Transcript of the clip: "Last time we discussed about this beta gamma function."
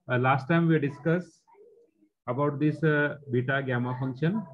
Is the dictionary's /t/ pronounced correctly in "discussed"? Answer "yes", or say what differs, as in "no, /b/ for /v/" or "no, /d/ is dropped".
no, /t/ is dropped